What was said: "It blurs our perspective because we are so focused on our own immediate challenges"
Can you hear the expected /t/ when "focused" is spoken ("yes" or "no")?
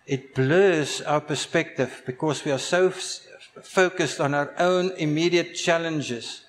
yes